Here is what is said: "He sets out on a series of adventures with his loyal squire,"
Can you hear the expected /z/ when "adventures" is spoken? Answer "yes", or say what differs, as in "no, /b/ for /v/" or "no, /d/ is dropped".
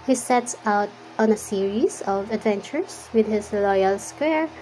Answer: no, /s/ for /z/